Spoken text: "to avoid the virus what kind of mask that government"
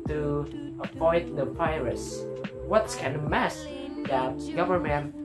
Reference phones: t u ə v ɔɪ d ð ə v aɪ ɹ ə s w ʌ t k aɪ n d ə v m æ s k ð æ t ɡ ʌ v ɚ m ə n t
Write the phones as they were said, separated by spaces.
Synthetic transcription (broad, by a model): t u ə p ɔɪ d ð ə p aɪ ɹ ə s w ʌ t k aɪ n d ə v m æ s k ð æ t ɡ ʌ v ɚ m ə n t